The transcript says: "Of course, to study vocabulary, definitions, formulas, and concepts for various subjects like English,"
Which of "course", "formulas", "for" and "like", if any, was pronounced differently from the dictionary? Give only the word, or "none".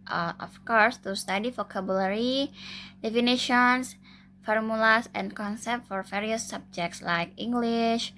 formulas